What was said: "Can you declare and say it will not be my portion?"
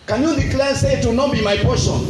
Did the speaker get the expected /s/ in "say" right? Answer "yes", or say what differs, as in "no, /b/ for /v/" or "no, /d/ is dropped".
yes